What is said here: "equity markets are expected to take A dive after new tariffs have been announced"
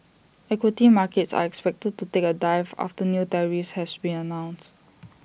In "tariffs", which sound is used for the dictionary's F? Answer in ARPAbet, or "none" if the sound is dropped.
none